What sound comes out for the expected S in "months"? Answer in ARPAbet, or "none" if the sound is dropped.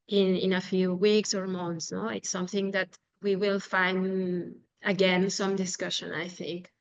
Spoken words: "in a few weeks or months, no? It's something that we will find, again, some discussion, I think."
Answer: S